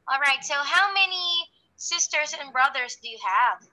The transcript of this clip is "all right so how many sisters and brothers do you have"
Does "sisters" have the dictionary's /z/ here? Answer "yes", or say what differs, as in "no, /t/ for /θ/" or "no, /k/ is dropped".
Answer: yes